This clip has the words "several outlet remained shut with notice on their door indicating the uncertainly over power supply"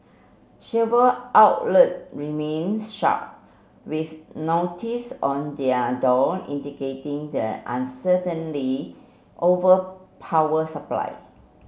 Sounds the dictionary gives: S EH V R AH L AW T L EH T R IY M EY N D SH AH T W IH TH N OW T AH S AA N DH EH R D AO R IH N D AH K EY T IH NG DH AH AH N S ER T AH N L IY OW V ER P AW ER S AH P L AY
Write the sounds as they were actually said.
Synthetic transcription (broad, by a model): SH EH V AH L AW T L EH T R IY M EY N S SH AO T W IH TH N OW T AH S AA N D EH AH D AO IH N D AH K EY T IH NG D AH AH N S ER T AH N L IY OW V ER P AW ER S AH P L AY